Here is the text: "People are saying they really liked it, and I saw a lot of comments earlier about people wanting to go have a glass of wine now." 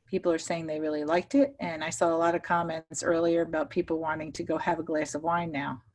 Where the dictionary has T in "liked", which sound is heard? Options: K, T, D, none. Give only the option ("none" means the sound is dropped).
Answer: T